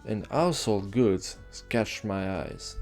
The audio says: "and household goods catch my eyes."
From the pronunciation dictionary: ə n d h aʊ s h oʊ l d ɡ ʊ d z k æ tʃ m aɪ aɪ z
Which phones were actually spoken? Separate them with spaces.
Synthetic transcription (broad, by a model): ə n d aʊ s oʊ l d ɡ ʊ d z k æ tʃ m aɪ aɪ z